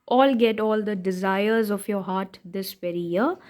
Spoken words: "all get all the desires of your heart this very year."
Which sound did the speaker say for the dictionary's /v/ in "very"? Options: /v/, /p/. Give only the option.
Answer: /p/